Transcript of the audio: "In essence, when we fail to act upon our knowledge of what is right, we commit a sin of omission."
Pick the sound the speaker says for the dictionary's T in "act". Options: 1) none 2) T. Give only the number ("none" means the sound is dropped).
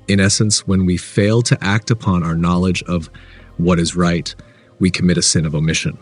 2